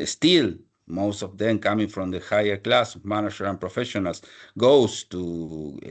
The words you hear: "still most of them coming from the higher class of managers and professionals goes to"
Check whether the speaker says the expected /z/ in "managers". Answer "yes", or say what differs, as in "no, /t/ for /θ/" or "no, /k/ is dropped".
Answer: no, /z/ is dropped